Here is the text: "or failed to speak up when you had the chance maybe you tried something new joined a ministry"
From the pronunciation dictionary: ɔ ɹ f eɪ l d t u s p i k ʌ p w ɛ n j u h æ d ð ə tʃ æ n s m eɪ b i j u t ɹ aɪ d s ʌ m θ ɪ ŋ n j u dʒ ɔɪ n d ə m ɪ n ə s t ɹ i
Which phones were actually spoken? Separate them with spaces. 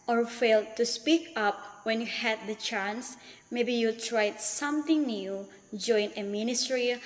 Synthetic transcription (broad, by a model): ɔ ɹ f eɪ l d t u s p i k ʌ p w ɛ n j u h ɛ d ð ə tʃ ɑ n s m eɪ b i j u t ɹ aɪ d s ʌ m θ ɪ ŋ n j u dʒ ɔɪ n ə m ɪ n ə s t ɹ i